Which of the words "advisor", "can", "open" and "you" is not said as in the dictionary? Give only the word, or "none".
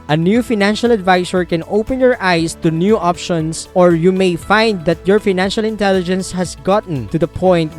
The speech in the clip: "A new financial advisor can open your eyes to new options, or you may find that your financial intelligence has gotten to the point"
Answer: advisor